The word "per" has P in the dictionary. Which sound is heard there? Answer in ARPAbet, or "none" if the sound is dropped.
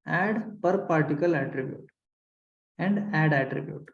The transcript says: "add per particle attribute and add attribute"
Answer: P